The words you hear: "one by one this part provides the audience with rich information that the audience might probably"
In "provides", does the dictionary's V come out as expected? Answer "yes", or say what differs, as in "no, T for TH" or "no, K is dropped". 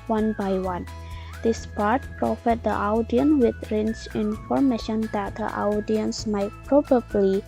no, F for V